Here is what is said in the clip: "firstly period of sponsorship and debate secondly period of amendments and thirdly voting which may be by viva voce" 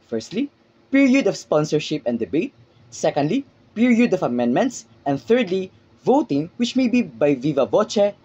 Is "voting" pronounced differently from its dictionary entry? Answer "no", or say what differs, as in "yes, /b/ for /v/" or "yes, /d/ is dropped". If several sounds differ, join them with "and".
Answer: no